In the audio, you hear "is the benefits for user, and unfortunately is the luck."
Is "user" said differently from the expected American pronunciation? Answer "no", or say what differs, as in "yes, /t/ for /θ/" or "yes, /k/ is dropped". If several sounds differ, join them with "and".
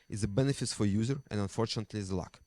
no